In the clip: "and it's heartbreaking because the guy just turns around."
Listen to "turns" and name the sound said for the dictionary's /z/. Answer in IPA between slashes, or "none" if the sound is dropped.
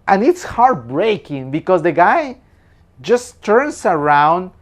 /s/